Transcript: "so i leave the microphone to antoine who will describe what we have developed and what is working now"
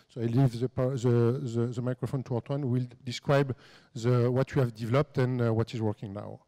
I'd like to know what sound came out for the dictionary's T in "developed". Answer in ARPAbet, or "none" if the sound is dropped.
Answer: T